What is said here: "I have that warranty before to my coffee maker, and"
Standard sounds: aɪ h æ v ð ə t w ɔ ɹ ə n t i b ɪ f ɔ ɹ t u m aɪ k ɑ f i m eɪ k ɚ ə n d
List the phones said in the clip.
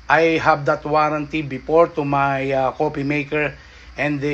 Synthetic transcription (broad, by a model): aɪ h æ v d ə t w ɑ ɹ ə n t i b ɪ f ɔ ɹ t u m aɪ k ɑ p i m eɪ k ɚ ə n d